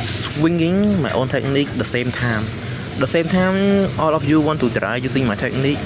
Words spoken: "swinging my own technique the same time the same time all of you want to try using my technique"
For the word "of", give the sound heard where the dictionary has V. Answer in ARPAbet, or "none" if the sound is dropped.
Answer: P